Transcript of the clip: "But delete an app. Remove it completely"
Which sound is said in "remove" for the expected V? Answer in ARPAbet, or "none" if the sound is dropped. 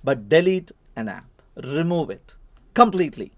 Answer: V